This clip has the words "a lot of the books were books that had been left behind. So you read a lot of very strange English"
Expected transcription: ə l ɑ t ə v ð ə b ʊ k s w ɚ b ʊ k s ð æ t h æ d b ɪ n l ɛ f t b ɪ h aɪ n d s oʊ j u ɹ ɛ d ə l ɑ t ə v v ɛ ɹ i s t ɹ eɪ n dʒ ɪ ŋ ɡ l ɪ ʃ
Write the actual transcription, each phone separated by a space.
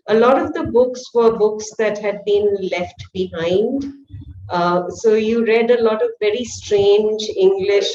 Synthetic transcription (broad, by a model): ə l ɑ t ə v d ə b ʊ k s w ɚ b ʊ k s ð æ t h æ d b ɪ n l ɛ f t b ɪ h aɪ n d s oʊ j u ɹ ɛ d ə l ɑ t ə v v ɛ ɹ i s t ɹ eɪ n dʒ ɪ ŋ ɡ l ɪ ʃ